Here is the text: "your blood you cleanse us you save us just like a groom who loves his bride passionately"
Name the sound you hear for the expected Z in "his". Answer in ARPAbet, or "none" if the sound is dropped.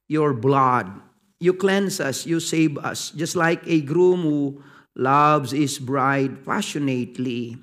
S